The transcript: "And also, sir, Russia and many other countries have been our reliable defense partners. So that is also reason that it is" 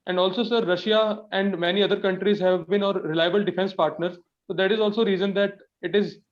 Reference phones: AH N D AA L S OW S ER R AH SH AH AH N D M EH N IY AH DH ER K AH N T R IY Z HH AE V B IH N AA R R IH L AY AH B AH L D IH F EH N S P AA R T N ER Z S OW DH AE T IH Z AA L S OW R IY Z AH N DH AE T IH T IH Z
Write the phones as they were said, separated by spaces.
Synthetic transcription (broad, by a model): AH N D AA L S OW S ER R AH SH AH AH N D M EH N IY AH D ER K AH N T R IY Z HH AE V B IH N AA R R IH L AY AH B AH L D IH F EH N S P AA R T N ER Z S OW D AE T IH Z AA L S OW R IY Z AH N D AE T IH T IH Z